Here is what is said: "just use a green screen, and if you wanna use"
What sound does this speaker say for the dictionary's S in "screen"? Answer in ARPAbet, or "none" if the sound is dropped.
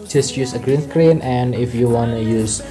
TH